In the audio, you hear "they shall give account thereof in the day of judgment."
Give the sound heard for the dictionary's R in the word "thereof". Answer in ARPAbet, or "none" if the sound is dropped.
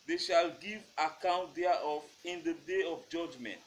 none